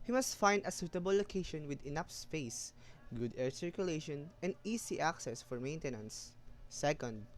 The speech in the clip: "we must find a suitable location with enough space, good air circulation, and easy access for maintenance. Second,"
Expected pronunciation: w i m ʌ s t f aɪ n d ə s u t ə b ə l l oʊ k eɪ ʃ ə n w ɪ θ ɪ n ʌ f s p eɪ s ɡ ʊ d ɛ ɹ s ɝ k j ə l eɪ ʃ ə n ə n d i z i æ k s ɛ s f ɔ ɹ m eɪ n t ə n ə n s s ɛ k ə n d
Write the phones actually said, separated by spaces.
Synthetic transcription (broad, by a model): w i m ʌ s t f aɪ n d ə s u t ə b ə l l oʊ k eɪ ʃ ə n w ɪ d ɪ n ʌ p s p eɪ s ɡ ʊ d ɛ ɹ s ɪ k j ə l eɪ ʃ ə n ə n d i s i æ k s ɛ s f ɔ ɹ m eɪ n t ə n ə n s s ɛ k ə n d